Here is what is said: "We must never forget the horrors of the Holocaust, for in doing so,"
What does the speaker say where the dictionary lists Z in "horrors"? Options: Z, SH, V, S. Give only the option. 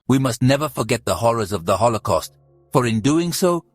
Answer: Z